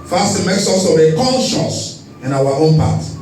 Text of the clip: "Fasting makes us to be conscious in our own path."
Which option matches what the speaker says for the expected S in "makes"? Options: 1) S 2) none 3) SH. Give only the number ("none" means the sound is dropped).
1